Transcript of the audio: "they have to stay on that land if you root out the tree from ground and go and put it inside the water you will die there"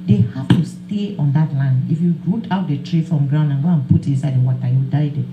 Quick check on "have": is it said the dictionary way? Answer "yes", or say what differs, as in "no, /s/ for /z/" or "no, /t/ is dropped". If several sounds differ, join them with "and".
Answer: no, /f/ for /v/